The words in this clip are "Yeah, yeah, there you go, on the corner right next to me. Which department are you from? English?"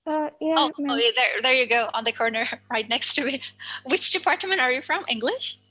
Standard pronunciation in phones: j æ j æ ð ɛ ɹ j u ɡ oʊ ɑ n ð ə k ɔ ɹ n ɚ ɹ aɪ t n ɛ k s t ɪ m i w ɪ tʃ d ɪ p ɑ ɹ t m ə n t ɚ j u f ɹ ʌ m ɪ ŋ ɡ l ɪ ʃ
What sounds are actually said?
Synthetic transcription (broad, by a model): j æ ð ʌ ð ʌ ɹ j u ɡ oʊ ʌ n ð ə k ɔ ɹ n ɚ ɹ aɪ t n ɛ k s t ɪ m i w ɪ tʃ d ɪ p ɑ ɹ t m ə n t ɚ j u f ɹ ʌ m ɪ ŋ ɡ l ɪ ʃ